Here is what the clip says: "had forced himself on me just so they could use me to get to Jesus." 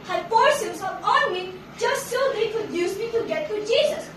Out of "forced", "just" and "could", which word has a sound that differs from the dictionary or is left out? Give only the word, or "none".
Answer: forced